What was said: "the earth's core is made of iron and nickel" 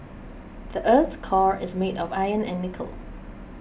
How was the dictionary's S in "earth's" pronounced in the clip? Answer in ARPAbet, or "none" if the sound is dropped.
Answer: none